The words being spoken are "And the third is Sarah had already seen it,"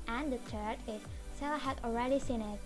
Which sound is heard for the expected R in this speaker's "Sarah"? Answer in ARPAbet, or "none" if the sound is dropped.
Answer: L